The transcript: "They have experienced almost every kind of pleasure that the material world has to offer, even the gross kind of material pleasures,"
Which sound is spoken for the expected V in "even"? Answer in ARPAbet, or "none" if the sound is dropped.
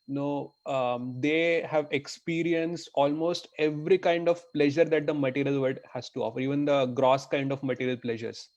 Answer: V